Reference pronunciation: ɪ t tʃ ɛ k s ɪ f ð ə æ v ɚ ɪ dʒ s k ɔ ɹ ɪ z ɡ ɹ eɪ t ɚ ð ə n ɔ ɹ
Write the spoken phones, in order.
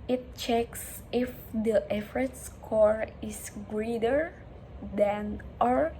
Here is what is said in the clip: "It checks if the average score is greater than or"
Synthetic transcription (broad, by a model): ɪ t tʃ ɛ k s ɪ f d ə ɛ f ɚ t s k ɔ ɹ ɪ s ɡ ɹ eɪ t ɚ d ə n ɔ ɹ